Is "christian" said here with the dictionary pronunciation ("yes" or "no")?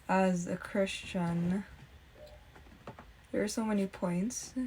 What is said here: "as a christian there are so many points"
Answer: yes